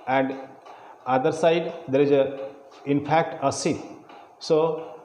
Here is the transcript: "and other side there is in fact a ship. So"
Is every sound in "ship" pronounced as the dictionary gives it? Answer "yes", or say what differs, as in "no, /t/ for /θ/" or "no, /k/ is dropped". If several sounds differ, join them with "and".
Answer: no, /s/ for /ʃ/